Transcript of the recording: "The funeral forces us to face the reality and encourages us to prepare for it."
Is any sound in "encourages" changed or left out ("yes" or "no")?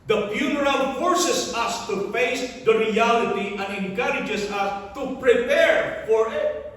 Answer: yes